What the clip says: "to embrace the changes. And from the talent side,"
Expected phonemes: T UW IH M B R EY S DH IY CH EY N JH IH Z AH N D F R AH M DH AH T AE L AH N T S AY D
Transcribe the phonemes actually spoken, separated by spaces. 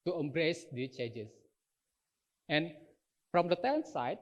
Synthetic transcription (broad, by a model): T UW IH M B R EY S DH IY CH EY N JH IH S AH N F R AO M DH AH T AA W N S AY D